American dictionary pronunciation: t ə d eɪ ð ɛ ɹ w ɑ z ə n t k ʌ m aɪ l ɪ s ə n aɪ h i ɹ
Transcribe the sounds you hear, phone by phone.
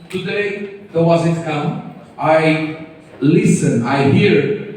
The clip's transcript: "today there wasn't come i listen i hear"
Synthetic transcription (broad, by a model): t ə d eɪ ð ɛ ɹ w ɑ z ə t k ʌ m aɪ l ɪ s ə n aɪ h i ɹ